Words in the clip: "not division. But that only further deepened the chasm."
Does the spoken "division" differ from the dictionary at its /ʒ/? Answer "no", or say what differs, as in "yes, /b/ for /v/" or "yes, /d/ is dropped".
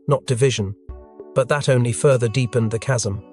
no